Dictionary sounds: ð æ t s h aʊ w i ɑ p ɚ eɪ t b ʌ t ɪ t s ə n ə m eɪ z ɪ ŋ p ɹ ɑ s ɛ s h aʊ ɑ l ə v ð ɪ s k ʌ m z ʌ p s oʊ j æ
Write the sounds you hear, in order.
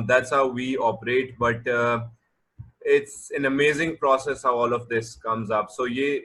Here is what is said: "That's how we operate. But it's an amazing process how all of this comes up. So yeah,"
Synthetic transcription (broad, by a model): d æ t s h aʊ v i ɑ p ɚ eɪ t b ʌ t ɪ t s ə n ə m eɪ z ɪ ŋ p ɹ ɑ s ɛ s h aʊ ɑ l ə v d ɪ s k ʌ m z ʌ p s oʊ j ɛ